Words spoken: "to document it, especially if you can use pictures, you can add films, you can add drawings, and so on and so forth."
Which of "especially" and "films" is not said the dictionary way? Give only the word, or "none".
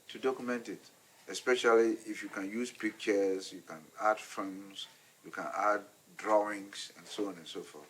films